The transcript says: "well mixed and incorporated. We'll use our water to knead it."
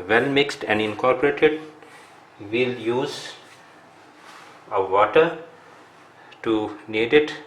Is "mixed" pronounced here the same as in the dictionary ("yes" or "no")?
yes